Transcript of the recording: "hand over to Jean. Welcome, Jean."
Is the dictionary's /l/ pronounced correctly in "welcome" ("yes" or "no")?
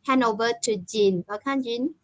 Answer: no